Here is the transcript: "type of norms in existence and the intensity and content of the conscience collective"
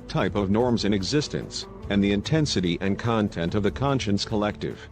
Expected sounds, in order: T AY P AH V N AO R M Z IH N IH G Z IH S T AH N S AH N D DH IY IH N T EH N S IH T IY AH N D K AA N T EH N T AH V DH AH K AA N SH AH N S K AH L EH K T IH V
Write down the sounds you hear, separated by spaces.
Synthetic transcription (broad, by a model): T AY P AH V N AO R M Z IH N IH G Z IH S T AH N S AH N DH IY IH N T EH N S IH T IY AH N K AA N T EH N T AH V DH AH K AA N SH AH N S K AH L EH K T IH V